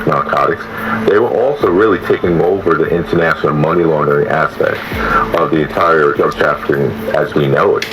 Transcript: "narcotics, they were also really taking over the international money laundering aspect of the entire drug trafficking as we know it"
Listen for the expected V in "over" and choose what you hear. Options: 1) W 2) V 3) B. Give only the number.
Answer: 2